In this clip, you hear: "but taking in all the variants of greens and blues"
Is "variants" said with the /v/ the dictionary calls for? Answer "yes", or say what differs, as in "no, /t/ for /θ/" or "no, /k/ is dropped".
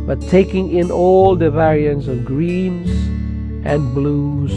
yes